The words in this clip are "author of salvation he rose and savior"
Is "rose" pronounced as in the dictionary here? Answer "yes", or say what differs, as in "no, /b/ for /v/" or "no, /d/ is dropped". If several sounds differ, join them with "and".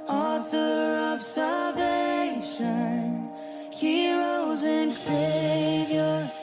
yes